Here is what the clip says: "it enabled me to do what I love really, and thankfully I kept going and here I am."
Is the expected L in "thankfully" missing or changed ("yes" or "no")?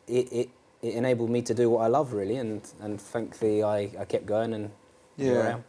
yes